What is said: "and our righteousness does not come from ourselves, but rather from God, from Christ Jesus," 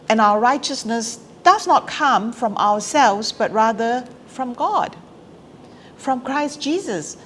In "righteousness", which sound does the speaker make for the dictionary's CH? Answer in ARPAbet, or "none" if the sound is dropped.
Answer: CH